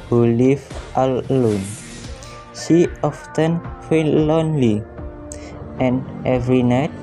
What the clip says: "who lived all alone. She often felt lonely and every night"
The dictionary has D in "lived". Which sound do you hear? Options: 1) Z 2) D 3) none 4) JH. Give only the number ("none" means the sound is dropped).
3